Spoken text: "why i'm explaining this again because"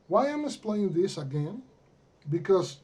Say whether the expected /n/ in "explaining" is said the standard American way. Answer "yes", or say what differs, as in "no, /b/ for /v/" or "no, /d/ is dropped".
no, /n/ is dropped